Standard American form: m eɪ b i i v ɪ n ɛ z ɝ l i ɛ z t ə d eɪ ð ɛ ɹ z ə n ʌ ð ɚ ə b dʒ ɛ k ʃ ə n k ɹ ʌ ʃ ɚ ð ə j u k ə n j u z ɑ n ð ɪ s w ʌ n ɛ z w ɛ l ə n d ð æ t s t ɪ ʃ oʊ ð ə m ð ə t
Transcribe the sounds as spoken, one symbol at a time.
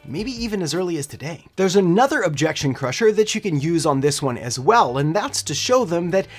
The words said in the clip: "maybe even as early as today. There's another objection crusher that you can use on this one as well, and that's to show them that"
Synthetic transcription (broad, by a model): m eɪ b i i v ɪ n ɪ z ɝ l i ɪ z t ə d eɪ ð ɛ ɹ z ə n ʌ ð ɚ ə b dʒ ɛ k ʃ ə n k ɹ ʌ ʃ ɚ ð ə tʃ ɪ k ə n j u z n ð ɪ s w ʌ n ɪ z w ɛ l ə n ð æ t s t ɪ ʃ oʊ ð ə m ð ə t